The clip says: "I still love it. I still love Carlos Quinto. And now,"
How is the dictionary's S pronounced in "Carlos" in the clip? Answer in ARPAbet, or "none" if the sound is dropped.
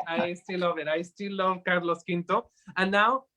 S